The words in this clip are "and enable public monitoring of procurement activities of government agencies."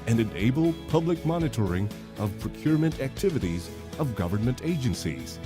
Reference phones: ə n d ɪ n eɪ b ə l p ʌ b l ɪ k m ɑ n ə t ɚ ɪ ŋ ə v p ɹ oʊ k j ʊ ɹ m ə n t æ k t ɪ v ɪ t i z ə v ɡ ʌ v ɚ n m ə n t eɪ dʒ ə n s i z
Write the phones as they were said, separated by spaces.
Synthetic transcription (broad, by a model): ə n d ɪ n eɪ b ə l p ʌ b l ɪ k m ɑ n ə t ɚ ɪ ŋ ə v p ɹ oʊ k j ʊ ɹ m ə n t æ k t ɪ v ɪ t i z ə v ɡ ʌ v ɚ n m ə n t eɪ dʒ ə n s i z